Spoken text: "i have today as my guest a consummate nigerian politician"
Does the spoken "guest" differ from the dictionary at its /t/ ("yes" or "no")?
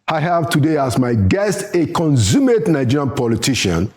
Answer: no